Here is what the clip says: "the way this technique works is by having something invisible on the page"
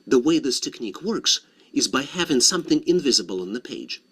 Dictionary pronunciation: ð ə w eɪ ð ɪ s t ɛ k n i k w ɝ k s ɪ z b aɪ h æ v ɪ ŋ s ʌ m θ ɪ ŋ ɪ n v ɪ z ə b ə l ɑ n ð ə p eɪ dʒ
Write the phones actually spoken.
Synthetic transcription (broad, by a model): ð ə w eɪ ð ɪ s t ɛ k n i k w ɝ k s ɪ z b aɪ h æ v ɪ ŋ s ʌ m θ ɪ ŋ ɪ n v ɪ z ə b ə l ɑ n ð ə p eɪ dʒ